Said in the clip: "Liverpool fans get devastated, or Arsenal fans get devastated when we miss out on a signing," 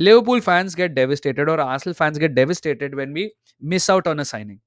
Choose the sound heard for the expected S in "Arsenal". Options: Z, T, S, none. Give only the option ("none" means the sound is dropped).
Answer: none